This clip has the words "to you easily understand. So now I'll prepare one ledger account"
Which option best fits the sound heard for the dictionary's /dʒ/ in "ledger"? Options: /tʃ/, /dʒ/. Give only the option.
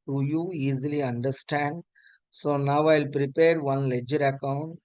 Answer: /dʒ/